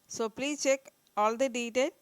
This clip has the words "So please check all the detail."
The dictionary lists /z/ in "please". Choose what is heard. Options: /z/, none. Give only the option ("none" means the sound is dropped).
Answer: none